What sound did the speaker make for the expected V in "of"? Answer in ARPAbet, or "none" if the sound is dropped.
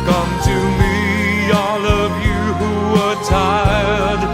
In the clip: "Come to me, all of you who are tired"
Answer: V